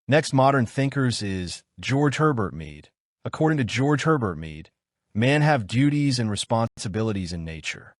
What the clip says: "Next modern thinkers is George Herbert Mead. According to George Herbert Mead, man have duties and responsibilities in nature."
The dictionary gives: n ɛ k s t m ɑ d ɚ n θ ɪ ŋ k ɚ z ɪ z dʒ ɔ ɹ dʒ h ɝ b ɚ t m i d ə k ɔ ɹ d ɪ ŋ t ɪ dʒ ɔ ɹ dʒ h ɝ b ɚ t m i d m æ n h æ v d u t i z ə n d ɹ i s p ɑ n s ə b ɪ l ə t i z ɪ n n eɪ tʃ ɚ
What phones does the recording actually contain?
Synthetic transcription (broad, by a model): n ɛ k s t m ɑ d ɚ n θ ɪ ŋ k ɚ z ɪ z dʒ ɔ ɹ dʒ h ɝ b ɚ t m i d ə k ɔ ɹ d ɪ ŋ t ɪ dʒ ɔ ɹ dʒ h ɝ b ɚ t m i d m æ n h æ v d u t i z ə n ɹ i s p ɑ n s ə b ɪ l ə t i z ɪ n n eɪ tʃ ɚ